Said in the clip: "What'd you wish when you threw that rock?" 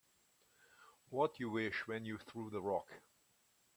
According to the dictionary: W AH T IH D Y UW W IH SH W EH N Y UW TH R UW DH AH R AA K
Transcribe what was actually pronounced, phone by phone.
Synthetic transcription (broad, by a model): W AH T Y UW W IH SH W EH N Y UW TH R UW DH AH R AA K